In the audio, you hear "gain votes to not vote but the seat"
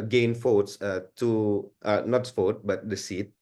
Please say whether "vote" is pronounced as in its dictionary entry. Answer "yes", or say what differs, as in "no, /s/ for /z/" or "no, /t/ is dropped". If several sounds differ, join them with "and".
no, /f/ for /v/